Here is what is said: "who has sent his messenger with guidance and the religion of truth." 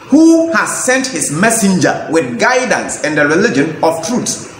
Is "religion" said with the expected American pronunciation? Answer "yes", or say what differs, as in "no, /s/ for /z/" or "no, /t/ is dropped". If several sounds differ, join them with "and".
yes